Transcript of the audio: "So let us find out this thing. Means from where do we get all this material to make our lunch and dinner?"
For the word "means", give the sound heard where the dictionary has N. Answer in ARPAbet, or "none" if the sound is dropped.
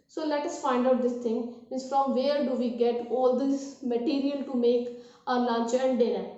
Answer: none